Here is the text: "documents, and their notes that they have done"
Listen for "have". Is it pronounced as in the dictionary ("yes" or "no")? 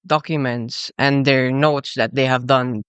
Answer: yes